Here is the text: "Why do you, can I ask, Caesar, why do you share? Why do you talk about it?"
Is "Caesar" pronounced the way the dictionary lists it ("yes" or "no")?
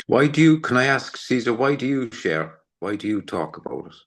yes